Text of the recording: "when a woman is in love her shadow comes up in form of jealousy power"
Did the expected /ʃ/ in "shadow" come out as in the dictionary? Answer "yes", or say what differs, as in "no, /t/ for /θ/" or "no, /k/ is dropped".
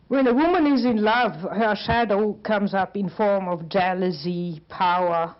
yes